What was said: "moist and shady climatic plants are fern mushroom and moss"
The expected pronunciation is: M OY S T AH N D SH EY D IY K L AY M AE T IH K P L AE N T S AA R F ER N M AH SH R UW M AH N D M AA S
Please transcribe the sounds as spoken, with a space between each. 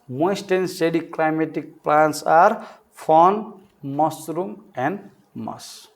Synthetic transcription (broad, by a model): M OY S T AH N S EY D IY K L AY M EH T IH K P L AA N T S AA R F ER N M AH S R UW M AH N D M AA S